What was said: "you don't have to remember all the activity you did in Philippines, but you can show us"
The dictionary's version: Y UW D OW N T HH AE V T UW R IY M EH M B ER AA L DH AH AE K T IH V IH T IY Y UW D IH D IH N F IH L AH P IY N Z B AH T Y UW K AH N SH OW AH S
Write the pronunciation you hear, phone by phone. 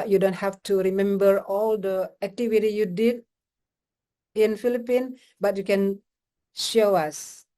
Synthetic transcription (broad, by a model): Y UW D OW N T HH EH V T UW R IY M EH M B ER AA L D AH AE K T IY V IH T IY Y UW D IH D IH N F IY L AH P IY N B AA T Y UW K AH N SH OW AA S